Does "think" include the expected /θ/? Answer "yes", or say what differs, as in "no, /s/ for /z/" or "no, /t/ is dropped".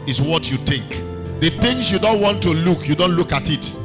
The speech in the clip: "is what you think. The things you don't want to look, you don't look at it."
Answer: no, /t/ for /θ/